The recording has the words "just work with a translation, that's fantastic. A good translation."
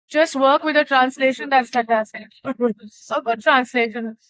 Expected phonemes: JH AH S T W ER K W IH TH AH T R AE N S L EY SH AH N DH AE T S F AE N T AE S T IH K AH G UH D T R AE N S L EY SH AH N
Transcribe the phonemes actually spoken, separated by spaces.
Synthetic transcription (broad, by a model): JH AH S T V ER K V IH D AH T R AE N S L EY SH AH N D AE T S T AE T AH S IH AH G UH D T R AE N S L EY SH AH N